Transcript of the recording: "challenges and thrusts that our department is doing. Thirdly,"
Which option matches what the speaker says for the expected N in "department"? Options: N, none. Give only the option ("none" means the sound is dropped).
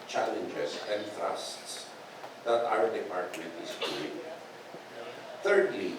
none